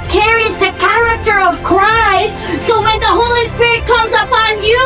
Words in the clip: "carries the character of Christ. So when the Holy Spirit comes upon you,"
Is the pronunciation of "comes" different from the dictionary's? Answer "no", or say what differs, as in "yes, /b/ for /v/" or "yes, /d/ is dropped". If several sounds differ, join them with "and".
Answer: no